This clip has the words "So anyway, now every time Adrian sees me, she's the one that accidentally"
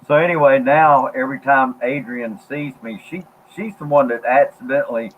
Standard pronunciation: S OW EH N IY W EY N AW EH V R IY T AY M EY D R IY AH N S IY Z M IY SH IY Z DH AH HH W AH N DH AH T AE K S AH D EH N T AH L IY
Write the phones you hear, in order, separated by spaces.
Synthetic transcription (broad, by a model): S OW EH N IY W EY N AW EH V R IY T AY M EY D R IY AH N S IY Z M IY SH IY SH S AH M W AH N DH AH T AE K S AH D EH N T L IY